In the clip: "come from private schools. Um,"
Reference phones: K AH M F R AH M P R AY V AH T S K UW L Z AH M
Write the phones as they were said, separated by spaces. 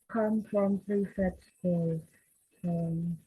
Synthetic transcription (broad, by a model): K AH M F R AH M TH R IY F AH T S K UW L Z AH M